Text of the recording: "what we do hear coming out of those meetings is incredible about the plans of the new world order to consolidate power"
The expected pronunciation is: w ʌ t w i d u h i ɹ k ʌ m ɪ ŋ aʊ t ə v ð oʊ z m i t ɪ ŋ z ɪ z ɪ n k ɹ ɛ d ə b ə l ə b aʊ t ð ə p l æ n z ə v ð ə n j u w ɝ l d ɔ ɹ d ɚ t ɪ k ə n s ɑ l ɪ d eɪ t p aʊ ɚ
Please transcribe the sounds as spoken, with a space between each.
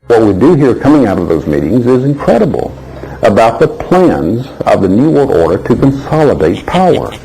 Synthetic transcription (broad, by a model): w ʌ t w i d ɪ h i ɹ k ʌ m ɪ ŋ aʊ t ə v ð oʊ z m i t ɪ ŋ z ɪ z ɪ n k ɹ ɛ d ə b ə l ə b aʊ t ð ə p l æ n z ə v ð ə n j u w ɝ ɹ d ɔ ɹ d ɚ t ɪ k ə n s ɑ l ɪ d eɪ t p aʊ ɚ